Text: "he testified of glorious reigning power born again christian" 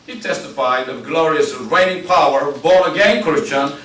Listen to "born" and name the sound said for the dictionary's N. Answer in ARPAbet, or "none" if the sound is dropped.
none